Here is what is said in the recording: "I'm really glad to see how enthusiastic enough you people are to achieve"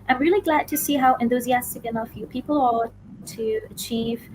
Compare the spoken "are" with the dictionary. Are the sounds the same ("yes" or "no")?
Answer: no